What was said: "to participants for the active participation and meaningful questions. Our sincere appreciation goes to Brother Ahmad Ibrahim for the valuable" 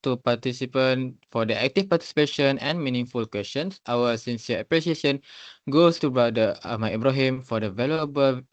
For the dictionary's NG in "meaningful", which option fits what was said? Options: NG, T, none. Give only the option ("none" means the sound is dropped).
NG